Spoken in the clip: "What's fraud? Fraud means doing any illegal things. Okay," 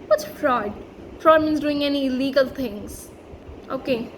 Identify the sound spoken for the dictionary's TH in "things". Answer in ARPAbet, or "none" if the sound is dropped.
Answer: T